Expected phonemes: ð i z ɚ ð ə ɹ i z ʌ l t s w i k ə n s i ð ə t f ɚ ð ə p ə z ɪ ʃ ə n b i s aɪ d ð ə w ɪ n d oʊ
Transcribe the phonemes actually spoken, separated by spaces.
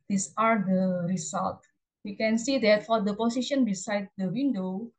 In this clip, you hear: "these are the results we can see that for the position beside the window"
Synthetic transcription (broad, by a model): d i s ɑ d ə ɹ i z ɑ l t w i k ə n s i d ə t f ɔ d ə p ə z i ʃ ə n b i s aɪ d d ə w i n d oʊ